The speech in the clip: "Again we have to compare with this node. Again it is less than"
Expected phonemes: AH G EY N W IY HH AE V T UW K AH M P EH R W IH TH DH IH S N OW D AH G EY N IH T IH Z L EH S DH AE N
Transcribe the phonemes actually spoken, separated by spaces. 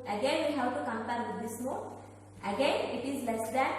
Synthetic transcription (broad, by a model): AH G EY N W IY HH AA W T UW K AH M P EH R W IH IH S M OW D AH G EY N IH T IH Z L EH S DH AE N